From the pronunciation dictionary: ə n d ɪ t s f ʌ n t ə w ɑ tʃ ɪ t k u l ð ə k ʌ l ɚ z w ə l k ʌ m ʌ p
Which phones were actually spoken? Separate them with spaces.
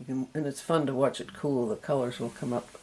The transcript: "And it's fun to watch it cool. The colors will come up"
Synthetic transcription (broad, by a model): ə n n ɪ t s f ʌ n t ə w ɑ tʃ ɪ t k u l ð ə k ʌ l ɚ z w ə l k ʌ m ʌ p